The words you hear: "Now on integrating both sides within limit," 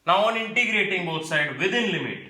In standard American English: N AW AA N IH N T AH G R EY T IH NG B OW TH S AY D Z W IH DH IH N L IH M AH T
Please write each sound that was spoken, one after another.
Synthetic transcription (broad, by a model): N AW AA N IH N T AH G R EY T IH NG B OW T S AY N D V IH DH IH N L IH M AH T